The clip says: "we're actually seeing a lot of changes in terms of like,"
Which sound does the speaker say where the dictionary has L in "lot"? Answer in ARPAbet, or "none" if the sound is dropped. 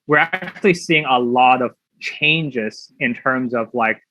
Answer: L